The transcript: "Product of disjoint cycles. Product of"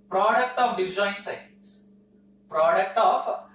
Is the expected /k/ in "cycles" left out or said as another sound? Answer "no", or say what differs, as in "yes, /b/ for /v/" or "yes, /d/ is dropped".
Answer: yes, /k/ is dropped